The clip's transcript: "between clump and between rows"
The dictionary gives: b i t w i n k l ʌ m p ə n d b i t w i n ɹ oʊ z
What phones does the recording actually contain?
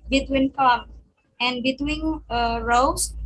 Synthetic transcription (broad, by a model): b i t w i n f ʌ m ə n b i t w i n ɹ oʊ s